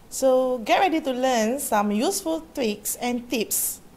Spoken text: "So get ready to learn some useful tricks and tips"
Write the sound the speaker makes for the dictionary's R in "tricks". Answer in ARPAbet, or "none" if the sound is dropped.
W